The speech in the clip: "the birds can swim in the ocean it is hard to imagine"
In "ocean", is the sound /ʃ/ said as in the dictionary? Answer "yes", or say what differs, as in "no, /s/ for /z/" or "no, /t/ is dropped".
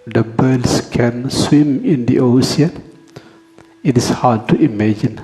no, /s/ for /ʃ/